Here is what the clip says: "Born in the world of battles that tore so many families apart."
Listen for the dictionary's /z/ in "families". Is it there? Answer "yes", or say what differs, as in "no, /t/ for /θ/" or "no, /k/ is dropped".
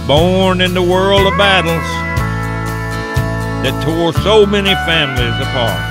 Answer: yes